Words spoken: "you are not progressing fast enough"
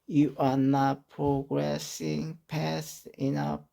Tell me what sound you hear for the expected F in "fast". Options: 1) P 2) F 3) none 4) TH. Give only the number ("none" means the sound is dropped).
1